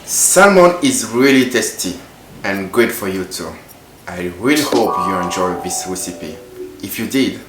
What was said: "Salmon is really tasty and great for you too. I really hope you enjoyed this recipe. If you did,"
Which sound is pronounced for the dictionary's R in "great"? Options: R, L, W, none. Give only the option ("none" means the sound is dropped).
none